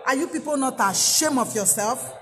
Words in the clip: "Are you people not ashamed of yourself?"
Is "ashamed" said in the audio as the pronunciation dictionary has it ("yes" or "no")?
no